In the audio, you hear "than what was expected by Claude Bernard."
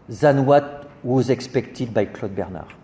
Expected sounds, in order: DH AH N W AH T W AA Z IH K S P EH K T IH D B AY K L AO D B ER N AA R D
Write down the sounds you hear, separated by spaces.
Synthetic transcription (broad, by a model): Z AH N W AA T W AA Z IH K S P EH K T IH D B AY K L AO D B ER N AA R